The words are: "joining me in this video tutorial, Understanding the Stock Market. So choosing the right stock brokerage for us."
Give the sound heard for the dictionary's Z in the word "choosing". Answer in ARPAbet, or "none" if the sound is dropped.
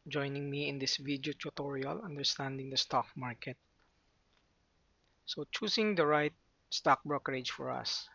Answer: S